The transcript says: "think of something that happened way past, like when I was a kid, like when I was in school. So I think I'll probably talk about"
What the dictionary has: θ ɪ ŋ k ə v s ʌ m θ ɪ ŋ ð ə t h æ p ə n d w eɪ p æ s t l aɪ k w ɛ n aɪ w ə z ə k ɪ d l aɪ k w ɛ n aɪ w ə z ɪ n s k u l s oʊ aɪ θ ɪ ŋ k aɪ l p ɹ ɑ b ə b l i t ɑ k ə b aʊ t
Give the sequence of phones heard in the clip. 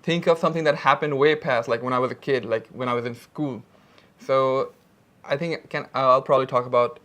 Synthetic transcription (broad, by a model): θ ɪ ŋ k ə v s ʌ m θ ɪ ŋ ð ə t h æ p ə n d w eɪ p æ s t l aɪ k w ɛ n aɪ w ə z ə k ɪ d l aɪ k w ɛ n aɪ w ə z ɪ n s k u l s oʊ aɪ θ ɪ ŋ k aɪ l p ɹ ɑ b ə b l i t ɑ k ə b aʊ t